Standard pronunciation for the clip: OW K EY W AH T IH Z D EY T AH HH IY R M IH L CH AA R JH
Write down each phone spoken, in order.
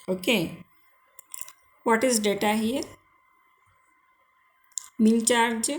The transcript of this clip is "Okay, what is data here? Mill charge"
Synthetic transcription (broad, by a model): OW K EY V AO T IH Z D EY T AH HH IY R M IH N CH AA R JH